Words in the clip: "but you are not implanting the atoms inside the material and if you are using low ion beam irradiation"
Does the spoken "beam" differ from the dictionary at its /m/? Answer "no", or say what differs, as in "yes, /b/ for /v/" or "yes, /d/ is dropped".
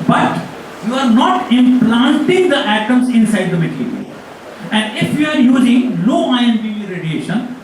yes, /m/ is dropped